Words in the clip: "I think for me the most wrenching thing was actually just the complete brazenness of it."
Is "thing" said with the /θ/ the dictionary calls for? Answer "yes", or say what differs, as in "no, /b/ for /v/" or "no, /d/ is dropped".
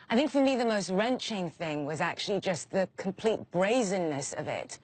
yes